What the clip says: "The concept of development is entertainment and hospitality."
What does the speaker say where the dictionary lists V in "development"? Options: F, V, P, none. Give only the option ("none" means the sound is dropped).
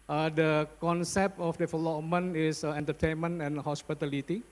F